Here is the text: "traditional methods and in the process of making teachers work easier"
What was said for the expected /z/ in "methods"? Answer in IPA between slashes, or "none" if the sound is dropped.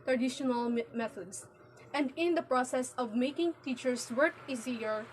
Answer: /s/